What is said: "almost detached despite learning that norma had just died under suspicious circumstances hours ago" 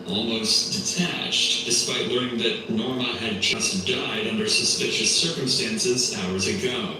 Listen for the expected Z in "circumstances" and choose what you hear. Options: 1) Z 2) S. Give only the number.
1